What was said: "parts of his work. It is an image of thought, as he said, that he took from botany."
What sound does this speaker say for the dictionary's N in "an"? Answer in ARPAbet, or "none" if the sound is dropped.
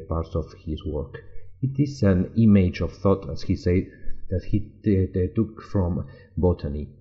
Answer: N